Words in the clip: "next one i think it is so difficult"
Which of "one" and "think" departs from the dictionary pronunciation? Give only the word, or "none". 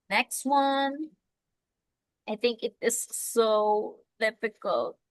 none